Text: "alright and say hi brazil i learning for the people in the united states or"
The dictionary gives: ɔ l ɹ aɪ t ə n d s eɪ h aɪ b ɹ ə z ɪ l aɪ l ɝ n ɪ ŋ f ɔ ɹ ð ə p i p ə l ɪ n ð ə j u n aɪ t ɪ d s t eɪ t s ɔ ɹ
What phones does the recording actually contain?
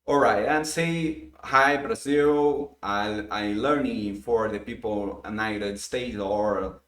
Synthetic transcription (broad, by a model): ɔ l ɹ aɪ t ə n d s eɪ h aɪ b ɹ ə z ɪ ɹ aɪ l ɝ n ɪ ŋ f ɔ ɹ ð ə p i p ə l ɪ n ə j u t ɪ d s t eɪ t ɔ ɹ